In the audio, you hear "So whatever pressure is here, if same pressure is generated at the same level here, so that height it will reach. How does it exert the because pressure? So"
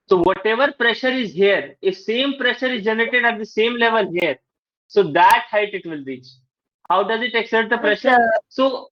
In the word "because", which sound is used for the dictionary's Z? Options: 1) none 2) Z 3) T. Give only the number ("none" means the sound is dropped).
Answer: 1